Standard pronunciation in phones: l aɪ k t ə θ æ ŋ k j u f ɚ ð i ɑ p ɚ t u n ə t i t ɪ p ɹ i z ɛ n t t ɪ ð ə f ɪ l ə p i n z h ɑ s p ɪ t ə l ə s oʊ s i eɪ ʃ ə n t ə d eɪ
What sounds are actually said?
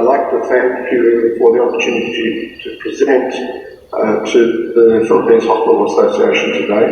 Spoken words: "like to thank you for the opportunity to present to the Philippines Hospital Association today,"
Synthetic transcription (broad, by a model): l aɪ k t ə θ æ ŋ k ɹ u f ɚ ð i ɑ p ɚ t u n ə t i t ɪ p ɹ i z ɛ n t t ɪ ð ə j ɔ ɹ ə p i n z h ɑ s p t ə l ə s oʊ s i eɪ ʃ ə n t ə d eɪ